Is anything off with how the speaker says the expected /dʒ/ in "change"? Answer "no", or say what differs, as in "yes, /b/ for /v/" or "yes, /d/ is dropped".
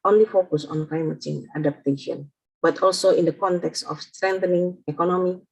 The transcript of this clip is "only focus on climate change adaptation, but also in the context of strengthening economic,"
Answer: yes, /dʒ/ is dropped